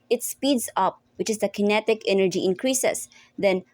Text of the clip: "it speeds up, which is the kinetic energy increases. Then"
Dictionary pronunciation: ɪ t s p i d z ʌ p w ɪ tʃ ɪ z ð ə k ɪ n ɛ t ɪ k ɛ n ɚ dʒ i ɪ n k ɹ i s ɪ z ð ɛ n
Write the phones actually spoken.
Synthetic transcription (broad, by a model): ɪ t s p i d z ʌ p w ɪ tʃ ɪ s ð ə k ɪ n ɛ t ɪ k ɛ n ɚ dʒ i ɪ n k ɹ i s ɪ s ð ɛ n